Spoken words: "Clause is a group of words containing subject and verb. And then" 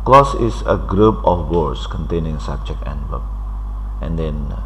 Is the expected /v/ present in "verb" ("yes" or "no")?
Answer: no